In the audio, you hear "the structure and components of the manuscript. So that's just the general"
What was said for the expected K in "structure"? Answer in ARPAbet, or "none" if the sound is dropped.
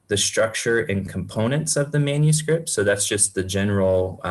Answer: K